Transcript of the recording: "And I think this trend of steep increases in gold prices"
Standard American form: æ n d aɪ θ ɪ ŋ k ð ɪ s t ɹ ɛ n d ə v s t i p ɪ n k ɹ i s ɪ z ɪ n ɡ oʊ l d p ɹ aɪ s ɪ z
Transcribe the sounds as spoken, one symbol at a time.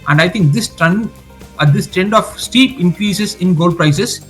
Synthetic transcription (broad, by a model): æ n d aɪ t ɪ ŋ k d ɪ s t ɹ ɛ n d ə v s t i p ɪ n k ɹ i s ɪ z ɪ n ɡ oʊ l d p ɹ aɪ s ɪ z